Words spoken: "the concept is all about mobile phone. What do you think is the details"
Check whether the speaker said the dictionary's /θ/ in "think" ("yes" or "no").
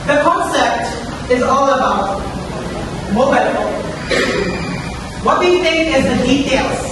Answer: yes